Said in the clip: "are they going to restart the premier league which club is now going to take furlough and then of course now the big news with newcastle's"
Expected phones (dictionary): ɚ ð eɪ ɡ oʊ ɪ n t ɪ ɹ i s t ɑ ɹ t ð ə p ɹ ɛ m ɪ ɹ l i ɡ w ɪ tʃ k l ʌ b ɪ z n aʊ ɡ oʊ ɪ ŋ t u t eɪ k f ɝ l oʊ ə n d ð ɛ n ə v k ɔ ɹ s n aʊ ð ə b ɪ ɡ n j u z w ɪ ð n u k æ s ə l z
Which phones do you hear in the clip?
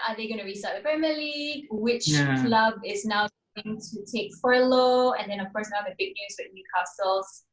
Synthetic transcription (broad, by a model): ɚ ð eɪ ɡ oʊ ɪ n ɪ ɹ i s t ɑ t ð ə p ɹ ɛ m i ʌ l i ɡ w ɪ tʃ k l ʌ b ɪ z n aʊ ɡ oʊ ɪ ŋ t u t eɪ k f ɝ l oʊ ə n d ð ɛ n ə v k ɔ ɹ s n aʊ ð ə b ɪ ɡ n j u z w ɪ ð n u k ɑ s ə l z